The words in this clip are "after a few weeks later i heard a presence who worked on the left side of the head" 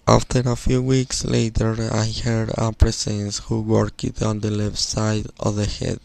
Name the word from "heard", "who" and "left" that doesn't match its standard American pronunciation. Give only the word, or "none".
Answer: none